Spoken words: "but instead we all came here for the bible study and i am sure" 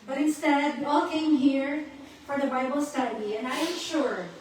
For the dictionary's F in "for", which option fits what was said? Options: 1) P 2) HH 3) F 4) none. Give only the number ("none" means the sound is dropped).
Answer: 3